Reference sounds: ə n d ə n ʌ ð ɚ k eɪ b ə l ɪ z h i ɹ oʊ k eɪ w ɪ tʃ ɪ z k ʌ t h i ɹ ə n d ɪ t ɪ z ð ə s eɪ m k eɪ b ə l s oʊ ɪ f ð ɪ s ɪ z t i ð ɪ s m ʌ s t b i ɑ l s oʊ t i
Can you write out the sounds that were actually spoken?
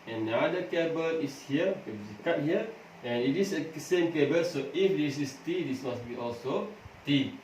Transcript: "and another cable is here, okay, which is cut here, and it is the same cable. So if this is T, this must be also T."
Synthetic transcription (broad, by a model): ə n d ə ɑ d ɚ k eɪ b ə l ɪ s h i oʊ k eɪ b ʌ s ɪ k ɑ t h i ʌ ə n ɪ t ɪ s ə s eɪ m k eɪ b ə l s oʊ ɪ f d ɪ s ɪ s t i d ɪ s m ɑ s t b i ɑ l s oʊ t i